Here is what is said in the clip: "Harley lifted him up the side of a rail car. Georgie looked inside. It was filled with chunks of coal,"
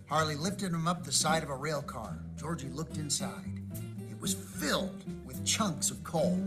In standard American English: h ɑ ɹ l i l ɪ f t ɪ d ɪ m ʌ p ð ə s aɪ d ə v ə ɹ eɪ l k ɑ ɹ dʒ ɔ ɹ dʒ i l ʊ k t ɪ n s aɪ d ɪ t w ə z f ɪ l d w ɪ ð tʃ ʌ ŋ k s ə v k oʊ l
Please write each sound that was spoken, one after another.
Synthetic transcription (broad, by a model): h ɑ ɹ l i l ɪ f t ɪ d ɪ m ʌ p ð ə s aɪ d ə v ə ɹ eɪ l k ɑ ɹ dʒ ɔ ɹ dʒ i l ʊ k t ɪ n s aɪ d ɪ t w ə z f ɪ l d w ɪ ð tʃ ʌ ŋ k s ə v k oʊ l